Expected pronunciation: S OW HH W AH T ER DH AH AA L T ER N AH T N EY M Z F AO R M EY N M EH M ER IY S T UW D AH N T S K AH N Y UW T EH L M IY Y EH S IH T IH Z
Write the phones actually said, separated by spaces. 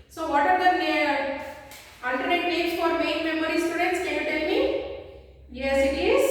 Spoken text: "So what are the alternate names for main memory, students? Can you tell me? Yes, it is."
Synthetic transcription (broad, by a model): S OW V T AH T ER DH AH AA L T ER N AH T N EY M S F AO R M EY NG M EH M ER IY S T UW D AH N T S K AH N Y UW T EH L M IY Y EH S IH T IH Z